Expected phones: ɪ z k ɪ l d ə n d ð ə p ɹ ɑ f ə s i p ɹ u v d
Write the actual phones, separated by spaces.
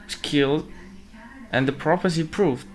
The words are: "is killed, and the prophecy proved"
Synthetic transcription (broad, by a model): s k ɪ l d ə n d ð ə p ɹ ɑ p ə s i p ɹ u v